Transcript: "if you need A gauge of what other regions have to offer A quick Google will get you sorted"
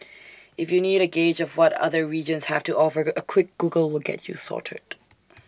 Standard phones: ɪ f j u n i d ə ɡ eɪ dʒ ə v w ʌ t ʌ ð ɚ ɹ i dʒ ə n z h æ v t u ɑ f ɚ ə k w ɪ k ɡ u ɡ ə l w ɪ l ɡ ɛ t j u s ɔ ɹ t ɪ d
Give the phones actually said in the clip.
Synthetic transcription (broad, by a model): ɪ f j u n i d ə ɡ eɪ dʒ ə v w ʌ t ʌ ð ɚ ɹ i dʒ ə n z h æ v t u ɑ f ɚ ə k w ɪ k ɡ u ɡ ə l w ɪ l ɡ ɛ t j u s ɔ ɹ t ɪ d